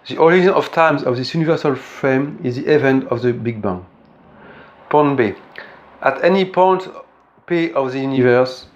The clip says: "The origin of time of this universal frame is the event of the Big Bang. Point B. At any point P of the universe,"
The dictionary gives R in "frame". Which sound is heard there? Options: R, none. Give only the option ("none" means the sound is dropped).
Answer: R